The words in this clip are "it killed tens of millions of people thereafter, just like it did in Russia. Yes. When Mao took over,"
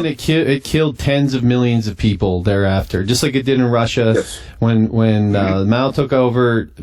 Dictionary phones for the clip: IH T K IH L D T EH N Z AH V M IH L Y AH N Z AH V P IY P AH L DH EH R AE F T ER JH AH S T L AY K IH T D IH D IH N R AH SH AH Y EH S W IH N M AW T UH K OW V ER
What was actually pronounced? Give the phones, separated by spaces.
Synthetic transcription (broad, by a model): IH T K IH L D T EH N Z AH V M IH L Y AH N Z AH V P IY P L DH EH R AE F T ER JH AH S T L AY K IH T D IH D IH N R AH SH AH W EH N W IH N M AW T UH K OW V ER